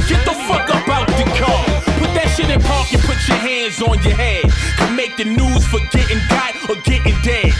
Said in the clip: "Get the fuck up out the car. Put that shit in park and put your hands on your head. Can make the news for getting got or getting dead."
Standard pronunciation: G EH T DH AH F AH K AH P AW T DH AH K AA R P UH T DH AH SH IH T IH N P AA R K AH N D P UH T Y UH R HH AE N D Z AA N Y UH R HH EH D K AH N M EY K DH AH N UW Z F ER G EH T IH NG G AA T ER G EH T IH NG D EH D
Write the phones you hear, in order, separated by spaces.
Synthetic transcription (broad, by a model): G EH T DH AH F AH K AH B AW T DH AH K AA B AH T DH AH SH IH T N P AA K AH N P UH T Y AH R HH AE N D Z N Y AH R HH EH D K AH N M EY K DH AH N UW Z F ER G EH T IH NG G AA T ER G EH T IH NG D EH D